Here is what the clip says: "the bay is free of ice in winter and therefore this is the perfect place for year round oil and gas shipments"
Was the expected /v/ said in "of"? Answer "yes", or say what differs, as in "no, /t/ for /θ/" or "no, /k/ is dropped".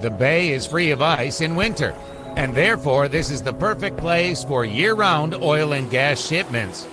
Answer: yes